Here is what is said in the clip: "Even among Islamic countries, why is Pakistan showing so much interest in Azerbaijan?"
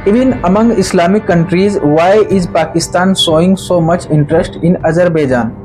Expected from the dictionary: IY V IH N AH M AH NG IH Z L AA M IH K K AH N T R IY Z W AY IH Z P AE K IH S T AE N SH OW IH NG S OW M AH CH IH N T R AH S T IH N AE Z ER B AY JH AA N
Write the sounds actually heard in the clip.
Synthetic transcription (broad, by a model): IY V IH N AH M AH NG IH S L AA M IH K K AH N T R IY Z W AY IH Z P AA K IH S T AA N S OW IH NG S OW M AH CH IH N T R AH S T IH N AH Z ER B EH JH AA N